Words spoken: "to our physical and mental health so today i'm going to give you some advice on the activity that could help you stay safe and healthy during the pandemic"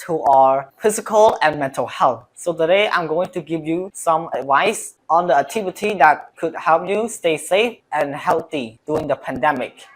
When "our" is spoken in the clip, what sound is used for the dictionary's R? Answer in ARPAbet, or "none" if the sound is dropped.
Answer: R